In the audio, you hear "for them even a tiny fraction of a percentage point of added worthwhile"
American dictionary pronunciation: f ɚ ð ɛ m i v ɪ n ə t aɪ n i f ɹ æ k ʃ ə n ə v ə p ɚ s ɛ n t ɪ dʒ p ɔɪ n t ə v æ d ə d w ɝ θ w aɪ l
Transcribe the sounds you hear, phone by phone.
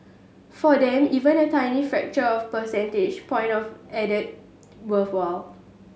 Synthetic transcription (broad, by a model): f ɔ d ɛ m i v ɪ n ə t aɪ n i f ɹ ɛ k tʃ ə ə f p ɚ s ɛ n t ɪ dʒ p ɔɪ n t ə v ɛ d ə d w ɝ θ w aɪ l